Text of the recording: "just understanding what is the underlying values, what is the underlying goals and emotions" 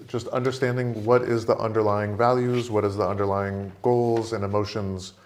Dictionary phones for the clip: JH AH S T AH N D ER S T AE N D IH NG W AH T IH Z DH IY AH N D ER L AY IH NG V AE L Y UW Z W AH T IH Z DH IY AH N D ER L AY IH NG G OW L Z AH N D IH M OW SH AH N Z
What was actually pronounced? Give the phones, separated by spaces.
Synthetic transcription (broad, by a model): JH AH S T AH N D ER S T AE N D IH NG W AH T IH Z DH IY AH N D ER L AY IH NG V AE L Y UW Z W AH T IH Z DH IY AH N D ER L AY IH NG G OW L Z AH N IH M OW SH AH N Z